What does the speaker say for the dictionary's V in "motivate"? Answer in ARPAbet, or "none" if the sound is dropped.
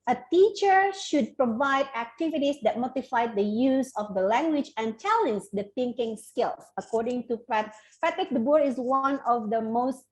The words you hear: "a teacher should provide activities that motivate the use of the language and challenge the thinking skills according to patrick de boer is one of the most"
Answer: F